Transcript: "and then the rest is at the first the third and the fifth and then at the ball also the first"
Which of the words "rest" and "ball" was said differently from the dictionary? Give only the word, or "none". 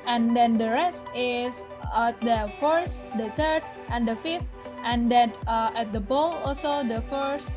none